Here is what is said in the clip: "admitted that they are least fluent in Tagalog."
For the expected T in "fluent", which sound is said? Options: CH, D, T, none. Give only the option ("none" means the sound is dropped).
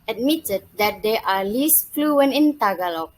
none